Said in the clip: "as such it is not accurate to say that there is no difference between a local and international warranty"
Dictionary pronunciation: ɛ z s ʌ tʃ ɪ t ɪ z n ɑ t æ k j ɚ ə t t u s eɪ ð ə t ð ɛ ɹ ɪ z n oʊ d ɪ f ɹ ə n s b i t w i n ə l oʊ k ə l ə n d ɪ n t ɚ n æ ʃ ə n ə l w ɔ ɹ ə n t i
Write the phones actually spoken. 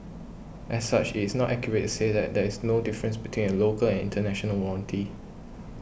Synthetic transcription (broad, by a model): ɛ s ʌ tʃ ɪ t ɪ s n ɑ t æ k j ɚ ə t t u s eɪ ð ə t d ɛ ɹ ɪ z n oʊ d ɪ f ɹ ə n s b i t w i n ə l oʊ k ə l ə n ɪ n t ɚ n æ ʃ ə n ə l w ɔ l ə n t i